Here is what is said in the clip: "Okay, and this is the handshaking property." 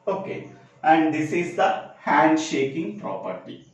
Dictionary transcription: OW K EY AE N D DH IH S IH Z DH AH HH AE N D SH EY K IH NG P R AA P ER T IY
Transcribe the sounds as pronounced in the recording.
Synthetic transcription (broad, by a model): OW K EY AE N D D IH S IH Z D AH HH AE N D SH EY K IH NG P R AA P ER T IY